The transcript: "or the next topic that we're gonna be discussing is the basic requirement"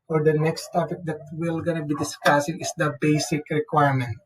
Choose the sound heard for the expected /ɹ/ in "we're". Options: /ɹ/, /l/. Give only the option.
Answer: /l/